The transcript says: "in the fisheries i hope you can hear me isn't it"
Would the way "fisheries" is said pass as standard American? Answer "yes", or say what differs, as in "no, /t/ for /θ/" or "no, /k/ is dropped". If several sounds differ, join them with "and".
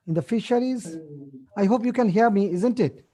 yes